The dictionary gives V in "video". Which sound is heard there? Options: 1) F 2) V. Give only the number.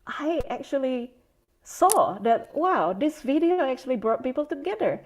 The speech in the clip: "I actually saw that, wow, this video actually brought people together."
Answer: 2